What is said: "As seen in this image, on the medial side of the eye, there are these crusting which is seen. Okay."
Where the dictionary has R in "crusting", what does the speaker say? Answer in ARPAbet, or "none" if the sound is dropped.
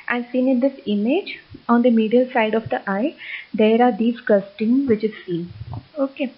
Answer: none